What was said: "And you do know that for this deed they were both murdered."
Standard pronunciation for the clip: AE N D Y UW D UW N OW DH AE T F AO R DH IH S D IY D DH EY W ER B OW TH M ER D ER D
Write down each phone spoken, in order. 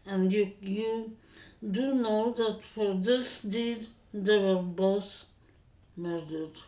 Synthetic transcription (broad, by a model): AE N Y Y UW D UW N OW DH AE T F AO R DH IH S D IY D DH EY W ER B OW S M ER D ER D